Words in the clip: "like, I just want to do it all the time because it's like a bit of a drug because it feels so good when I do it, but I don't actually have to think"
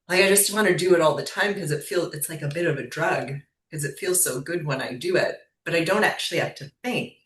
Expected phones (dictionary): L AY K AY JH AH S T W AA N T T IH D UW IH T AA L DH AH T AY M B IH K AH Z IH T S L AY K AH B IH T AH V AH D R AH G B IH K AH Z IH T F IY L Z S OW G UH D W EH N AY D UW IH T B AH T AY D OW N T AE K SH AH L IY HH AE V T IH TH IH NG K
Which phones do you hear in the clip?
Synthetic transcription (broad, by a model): L AY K AY JH AH S T W AA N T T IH D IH IH T AA L DH AH T AY M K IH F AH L IH T S L AY K AH B IH T AH V AH D R AH G K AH Z IH T F IY L Z S OW G UH D W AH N AY D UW IH T B AH T AY D OW N T AE K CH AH L IY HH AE F T IH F IH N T